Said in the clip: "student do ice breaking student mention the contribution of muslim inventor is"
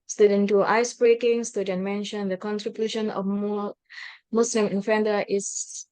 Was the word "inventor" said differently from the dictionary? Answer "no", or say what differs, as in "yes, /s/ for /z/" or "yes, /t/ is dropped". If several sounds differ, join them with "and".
yes, /f/ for /v/